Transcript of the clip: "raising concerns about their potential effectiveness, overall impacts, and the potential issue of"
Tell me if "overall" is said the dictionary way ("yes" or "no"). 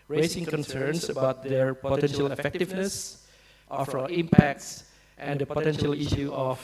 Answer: no